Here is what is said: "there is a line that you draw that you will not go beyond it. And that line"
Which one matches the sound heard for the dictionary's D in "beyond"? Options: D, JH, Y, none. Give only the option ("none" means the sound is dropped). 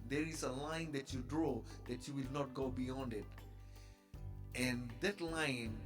D